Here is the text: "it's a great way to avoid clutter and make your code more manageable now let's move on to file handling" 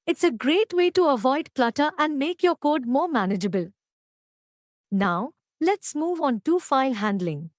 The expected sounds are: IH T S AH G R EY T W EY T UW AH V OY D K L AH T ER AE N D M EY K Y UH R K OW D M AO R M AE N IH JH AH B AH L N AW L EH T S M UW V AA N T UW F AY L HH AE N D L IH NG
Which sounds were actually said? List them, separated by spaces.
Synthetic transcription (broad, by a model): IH T S AH G R EY T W EY T UW AH V OY D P L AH T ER AE N D M EY K Y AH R K OW D M AO R M AE N IH JH AH B AH L N AW L EH T S M UW V AA N T UW F AY L HH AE N D L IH NG